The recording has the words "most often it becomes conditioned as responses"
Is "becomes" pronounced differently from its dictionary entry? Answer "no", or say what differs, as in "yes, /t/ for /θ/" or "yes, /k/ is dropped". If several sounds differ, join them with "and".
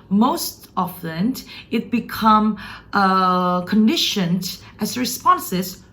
yes, /z/ is dropped